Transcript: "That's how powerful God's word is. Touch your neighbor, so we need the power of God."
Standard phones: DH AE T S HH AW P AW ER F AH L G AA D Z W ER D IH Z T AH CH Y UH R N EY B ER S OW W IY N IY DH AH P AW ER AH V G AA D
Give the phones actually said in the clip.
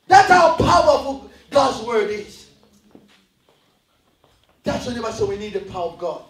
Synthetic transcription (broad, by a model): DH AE T S HH AW P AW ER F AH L G AA D Z W ER D IH Z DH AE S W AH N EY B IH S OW W IY N IY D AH P AW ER AH V G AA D